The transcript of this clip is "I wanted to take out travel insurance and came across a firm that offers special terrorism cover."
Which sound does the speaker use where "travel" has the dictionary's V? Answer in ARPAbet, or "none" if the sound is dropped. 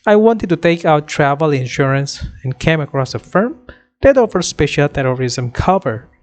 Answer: V